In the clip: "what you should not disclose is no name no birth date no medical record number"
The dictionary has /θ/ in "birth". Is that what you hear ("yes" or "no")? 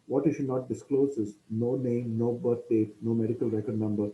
no